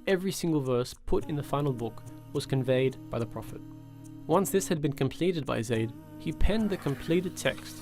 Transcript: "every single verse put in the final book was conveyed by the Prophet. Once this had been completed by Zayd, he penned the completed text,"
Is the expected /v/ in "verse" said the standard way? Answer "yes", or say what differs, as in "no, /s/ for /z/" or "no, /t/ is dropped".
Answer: yes